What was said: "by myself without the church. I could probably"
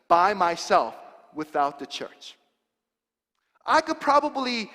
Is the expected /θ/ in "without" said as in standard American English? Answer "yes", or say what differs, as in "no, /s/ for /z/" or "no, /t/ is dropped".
yes